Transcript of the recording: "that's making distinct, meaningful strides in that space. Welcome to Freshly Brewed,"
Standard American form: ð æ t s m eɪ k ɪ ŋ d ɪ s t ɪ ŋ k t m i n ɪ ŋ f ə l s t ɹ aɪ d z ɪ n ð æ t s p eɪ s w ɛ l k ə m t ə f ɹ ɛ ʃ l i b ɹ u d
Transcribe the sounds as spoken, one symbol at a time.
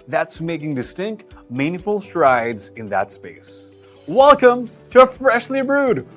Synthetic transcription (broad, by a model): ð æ t s m eɪ k ɪ ŋ d ɪ s t ɪ ŋ k t m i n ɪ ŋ f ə l s t ɹ aɪ d z ɪ n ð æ t s p eɪ s w ɛ l k ə m t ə f ɹ ɛ ʃ l i b ɹ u d